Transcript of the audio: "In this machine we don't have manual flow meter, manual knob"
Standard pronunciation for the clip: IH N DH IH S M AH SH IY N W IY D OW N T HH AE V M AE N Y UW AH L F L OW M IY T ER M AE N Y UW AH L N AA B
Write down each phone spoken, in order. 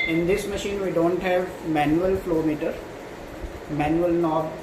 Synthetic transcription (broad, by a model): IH N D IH S M AH SH IY N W IY D OW N T HH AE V M AE N Y UW AH L F L OW M IY T ER M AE N Y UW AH L N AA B